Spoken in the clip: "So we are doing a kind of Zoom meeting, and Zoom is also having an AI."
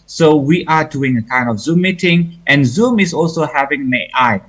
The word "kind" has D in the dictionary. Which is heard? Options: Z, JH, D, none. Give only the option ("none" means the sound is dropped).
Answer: D